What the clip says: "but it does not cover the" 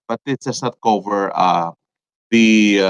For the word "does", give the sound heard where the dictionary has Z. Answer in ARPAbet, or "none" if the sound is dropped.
S